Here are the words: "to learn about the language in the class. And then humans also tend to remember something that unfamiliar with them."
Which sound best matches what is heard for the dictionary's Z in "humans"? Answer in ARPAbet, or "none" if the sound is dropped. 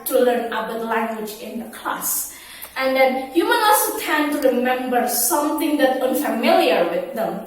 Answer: none